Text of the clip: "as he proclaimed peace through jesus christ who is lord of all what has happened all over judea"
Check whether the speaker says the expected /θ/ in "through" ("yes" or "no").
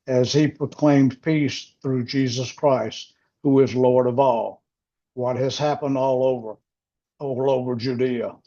yes